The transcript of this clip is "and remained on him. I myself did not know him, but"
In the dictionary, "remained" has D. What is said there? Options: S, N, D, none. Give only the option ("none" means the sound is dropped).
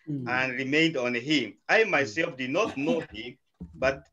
D